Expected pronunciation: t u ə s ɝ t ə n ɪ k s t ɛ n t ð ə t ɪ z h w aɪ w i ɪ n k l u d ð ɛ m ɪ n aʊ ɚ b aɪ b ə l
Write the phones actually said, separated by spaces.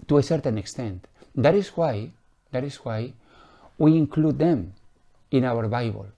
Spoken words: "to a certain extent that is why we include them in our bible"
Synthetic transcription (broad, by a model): t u ə s ɝ t ə n ɪ k s t ɛ n t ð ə t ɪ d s w aɪ w i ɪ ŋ k l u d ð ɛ m ɪ n aʊ ɚ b aɪ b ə l